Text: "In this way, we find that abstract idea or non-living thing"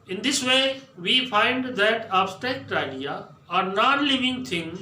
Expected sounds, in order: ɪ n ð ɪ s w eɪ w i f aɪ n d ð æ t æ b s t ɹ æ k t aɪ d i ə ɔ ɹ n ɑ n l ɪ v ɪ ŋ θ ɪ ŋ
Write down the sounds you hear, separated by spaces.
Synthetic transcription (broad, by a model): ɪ n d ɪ s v eɪ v i f aɪ n d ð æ t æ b s t ɛ k t aɪ d i ə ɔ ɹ n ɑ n l ɪ v ɪ ŋ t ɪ ŋ